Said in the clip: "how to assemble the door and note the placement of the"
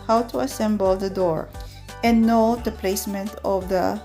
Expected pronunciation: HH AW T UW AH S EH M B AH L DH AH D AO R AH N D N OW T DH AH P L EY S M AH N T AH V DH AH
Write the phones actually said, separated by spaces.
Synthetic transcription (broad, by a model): HH AW T UW AH S EH M B AH L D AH D AO R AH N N OW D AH P L EY S M AH N T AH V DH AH